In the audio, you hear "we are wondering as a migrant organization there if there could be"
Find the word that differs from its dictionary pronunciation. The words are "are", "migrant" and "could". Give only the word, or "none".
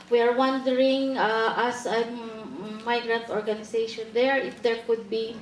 none